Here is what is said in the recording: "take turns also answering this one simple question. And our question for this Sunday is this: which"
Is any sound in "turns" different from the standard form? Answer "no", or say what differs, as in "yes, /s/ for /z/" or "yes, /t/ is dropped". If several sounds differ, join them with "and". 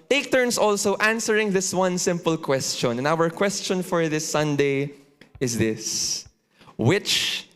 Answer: yes, /s/ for /z/